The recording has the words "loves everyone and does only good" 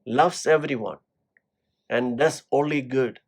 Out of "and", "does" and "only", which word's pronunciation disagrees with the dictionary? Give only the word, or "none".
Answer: does